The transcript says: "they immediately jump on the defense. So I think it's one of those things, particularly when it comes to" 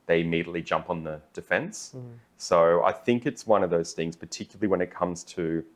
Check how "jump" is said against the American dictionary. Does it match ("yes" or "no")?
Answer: yes